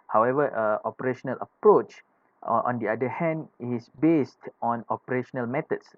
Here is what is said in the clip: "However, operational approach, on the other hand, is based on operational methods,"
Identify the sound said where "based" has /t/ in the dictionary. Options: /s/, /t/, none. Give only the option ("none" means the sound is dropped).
/t/